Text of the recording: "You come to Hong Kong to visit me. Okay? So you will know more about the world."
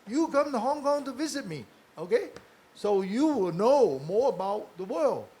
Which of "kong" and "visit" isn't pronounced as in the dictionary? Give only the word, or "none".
none